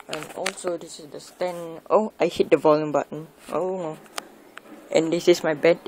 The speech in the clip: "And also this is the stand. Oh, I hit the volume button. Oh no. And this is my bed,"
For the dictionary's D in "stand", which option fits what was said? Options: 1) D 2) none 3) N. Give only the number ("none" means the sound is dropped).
2